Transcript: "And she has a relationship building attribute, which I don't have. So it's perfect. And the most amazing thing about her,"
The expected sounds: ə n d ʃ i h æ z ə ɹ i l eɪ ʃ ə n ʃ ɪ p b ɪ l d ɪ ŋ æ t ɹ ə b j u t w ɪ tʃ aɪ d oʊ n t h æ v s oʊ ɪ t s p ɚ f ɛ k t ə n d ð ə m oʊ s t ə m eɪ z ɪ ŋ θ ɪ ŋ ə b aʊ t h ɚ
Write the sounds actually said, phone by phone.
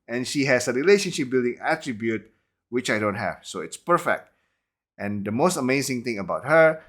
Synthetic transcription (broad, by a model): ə n ʃ i h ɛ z ə ɹ i l eɪ ʃ ə n ʃ ɪ p b ɪ l d ɪ ŋ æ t ɹ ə b j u t w ɪ tʃ aɪ d oʊ n t h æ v s oʊ ɪ t s p ɚ f ɛ k t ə n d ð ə m oʊ s t ə m eɪ z ɪ ŋ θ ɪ ŋ ə b aʊ t h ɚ